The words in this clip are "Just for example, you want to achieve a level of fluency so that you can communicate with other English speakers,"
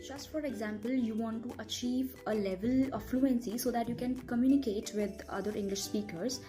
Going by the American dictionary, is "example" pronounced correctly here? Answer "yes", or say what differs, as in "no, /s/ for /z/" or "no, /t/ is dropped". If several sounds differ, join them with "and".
yes